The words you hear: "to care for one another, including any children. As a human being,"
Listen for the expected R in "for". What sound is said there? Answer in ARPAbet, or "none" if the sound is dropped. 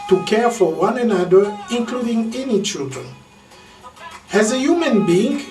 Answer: R